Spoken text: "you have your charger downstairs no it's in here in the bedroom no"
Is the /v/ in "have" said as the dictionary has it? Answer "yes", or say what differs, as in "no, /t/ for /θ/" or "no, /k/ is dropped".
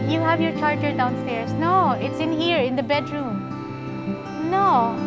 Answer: yes